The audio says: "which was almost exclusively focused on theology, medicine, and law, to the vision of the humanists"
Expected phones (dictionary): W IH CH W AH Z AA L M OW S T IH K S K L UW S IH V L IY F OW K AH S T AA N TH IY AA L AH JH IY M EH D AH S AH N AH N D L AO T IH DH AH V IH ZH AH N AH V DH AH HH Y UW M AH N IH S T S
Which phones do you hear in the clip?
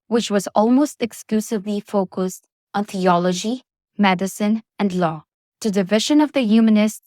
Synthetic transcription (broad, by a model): W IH CH W AH Z AA L M OW S T IH K S K L UW S IH V L IY F OW K AH S T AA N TH IY AA L AH JH IY M EH D AH S AH N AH N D L AO T IH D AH V IH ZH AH N AH V DH AH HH Y UW M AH N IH S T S